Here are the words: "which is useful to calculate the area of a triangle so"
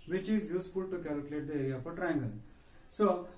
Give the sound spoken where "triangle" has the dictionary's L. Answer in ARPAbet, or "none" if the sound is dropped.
N